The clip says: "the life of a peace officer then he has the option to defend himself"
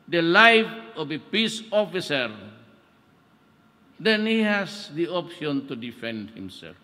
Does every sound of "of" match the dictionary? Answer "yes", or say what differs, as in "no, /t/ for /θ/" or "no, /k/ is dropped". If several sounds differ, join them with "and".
no, /b/ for /v/